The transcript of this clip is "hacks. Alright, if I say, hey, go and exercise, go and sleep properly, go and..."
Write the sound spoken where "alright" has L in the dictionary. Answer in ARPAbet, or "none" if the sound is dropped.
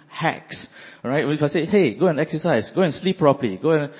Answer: none